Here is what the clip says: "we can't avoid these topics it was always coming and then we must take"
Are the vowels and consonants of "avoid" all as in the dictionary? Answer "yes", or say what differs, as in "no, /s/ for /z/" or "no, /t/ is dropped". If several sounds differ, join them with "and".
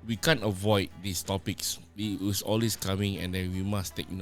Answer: yes